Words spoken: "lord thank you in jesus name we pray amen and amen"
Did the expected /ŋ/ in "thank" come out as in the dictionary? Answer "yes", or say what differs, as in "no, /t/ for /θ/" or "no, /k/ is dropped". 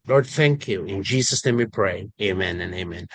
yes